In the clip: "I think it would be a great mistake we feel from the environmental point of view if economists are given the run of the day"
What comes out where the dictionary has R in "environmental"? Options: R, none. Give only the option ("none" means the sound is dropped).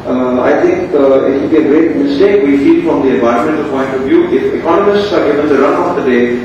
none